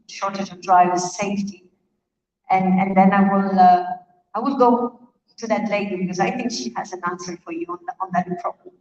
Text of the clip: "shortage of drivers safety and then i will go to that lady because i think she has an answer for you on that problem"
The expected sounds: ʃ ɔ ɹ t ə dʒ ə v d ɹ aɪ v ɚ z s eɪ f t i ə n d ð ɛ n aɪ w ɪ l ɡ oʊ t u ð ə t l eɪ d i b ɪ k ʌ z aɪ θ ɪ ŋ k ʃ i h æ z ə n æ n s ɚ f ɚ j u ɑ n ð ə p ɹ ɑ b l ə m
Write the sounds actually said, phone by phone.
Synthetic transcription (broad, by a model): ʃ ɔ ɹ t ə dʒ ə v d ɹ aɪ v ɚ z s eɪ f t i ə n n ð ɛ n aɪ w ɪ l ɡ oʊ t u ð ə t l eɪ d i b ɪ k ʌ z aɪ θ ɪ ŋ k ʃ i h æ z ə n æ n s ɚ f ɚ j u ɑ n ð ə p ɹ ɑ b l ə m